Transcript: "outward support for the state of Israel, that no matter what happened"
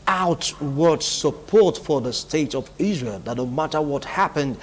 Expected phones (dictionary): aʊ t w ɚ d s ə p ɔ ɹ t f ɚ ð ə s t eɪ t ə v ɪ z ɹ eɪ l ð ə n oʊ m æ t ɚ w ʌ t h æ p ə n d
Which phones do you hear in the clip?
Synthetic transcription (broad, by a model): aʊ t w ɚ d s ə p ɔ ɹ t f ɚ ð ə s t eɪ t ə v ɪ z ɹ eɪ l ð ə n oʊ m æ t ɚ w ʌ t h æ p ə n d